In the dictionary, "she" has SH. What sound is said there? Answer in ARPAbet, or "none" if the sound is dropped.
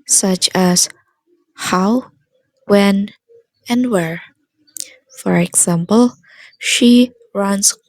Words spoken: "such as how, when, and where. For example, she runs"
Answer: SH